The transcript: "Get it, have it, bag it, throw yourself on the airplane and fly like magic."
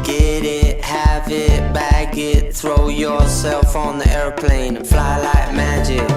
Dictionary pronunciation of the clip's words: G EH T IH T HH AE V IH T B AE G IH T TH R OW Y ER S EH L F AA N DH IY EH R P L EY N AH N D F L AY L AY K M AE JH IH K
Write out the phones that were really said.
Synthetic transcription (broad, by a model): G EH T IH T HH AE V IH T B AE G IH T TH R OW Y ER S EH L F N DH IY EH R P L EY AH N F L AY L AY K M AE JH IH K